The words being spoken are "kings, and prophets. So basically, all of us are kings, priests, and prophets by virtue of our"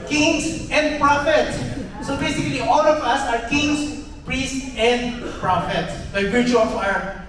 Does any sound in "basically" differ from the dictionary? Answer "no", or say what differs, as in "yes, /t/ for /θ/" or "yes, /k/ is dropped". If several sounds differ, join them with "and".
no